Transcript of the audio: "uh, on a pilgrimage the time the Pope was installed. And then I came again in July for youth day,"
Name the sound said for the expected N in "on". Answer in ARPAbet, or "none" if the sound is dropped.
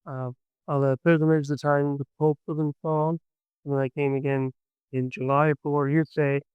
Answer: L